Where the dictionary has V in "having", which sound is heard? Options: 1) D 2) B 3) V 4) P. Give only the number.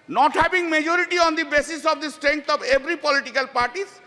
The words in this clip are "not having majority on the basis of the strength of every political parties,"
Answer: 2